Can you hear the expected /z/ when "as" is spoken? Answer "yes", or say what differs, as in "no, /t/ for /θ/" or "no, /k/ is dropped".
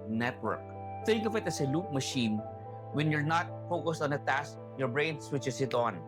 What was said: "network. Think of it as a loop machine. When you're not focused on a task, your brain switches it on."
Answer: no, /s/ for /z/